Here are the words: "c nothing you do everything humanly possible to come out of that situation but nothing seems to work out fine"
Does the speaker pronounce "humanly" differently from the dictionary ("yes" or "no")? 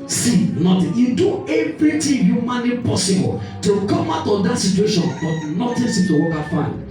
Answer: yes